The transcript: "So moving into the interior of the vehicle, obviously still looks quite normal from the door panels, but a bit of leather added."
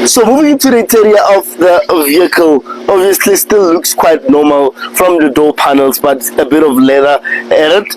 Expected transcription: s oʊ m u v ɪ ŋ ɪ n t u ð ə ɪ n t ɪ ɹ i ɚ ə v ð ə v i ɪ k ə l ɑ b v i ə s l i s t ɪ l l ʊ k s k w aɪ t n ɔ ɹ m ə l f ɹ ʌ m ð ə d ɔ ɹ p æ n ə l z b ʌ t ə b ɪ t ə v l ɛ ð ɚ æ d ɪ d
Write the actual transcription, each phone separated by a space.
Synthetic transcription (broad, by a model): s oʊ m u v ɪ ŋ ɪ n t u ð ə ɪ t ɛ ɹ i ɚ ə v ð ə v i ɪ k ə l ɑ b v i ə s l i s t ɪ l l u k s k w aɪ t n ɔ m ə l f ɹ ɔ m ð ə d ɔ p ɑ n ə l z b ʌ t ə b ɪ t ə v l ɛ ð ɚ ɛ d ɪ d